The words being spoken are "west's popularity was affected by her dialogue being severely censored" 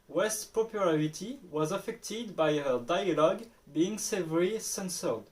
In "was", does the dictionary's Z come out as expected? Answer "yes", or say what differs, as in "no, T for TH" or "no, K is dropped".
yes